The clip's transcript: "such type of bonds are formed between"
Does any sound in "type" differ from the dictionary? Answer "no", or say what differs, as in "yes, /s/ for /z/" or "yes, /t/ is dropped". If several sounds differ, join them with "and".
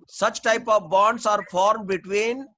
no